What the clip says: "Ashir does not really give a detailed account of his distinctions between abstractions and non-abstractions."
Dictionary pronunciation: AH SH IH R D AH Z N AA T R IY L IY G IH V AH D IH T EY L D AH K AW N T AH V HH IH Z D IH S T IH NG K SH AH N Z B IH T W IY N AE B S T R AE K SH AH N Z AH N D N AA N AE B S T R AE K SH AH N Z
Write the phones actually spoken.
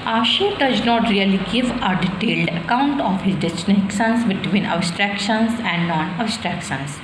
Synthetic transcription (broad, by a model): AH SH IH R D AH Z N AA T R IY L IY G IH V AH D IH T EY L D AH K AW N T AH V HH IH Z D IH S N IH K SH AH N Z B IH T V IY N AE B S T R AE K SH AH N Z AH N D N AA N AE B S T R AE K SH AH N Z